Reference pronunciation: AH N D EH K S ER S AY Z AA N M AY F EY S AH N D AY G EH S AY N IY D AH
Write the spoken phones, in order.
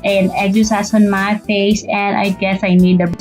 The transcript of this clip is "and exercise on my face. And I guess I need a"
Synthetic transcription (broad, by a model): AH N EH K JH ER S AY S AA N M AY F EY S AH N D AY G EH S AY N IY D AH